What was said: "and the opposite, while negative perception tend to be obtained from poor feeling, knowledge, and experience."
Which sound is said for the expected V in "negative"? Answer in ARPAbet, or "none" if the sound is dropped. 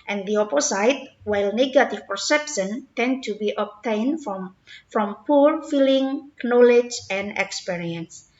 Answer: F